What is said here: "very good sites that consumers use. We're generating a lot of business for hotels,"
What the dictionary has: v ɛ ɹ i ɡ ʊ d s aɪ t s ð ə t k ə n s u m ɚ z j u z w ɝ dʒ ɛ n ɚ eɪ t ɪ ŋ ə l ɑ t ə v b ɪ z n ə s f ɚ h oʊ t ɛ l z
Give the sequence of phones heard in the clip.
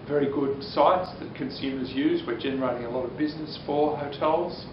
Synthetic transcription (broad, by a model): v ɛ ɹ i ɡ ʊ d s aɪ t s ð ə t k ə n s u m ɚ z j u z w ɝ dʒ ɛ n ɚ eɪ t ɪ ŋ ə l ɑ t ə v b ɪ z n ə s f ɚ h oʊ t ɛ l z